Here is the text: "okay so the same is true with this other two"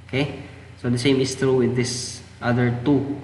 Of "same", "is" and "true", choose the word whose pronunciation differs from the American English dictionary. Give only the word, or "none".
is